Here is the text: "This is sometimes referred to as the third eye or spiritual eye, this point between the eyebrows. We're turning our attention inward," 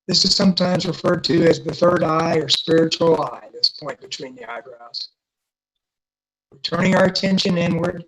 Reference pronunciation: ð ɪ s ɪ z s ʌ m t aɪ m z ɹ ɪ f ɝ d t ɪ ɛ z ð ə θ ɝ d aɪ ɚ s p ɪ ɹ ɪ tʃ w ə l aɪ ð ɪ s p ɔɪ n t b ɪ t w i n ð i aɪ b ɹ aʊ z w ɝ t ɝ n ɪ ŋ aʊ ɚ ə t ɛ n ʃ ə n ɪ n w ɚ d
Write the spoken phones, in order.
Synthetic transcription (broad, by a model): ð ɪ s ɪ z s ʌ m t aɪ m z ɹ ɪ f ɝ d t ɪ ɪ z ð ə θ ɝ d aɪ ɚ s p ɪ ɹ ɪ tʃ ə l aɪ ð ɪ s p ɔɪ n b ɪ t w i n ð i aɪ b ɹ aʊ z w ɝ t ɝ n ɪ ŋ aʊ ɚ ə t ɛ n ʃ ə n ɪ n w ɚ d